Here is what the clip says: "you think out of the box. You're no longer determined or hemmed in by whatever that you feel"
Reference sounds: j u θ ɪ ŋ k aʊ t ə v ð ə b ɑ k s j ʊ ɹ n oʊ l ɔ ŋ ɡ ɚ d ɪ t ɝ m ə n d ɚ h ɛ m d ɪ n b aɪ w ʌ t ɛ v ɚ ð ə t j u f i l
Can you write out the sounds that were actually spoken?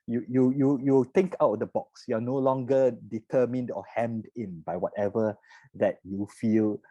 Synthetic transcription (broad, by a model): j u t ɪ ŋ k aʊ t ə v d ə b ɑ k s j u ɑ n oʊ l ɔ ŋ ɡ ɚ d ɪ t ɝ m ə n d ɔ h ɛ m d ɪ n b aɪ w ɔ t ɛ v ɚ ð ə t j u f i l